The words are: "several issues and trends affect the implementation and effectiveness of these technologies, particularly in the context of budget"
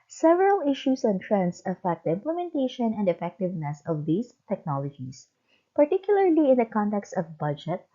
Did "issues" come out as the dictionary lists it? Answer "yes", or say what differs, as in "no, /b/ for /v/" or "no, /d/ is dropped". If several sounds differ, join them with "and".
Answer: no, /s/ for /z/